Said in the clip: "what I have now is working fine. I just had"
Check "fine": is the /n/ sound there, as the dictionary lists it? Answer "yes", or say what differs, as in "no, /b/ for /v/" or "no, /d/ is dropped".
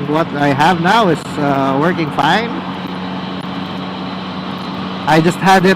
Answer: yes